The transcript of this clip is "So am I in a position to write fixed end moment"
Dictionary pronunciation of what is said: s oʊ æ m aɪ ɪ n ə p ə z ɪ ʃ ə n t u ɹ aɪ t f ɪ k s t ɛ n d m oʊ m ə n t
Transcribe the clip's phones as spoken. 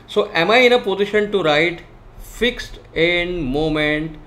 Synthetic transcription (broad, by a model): s oʊ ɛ m aɪ ɪ n ə p ə z ɪ ʃ ə n t u ɹ aɪ t f ɪ k s t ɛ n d m oʊ m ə n t